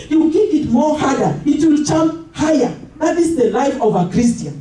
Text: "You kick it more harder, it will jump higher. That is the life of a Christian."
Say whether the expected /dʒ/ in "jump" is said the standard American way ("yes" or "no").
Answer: no